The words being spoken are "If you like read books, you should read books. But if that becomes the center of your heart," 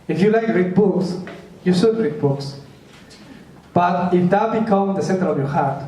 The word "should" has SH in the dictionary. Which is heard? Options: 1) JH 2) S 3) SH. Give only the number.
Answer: 2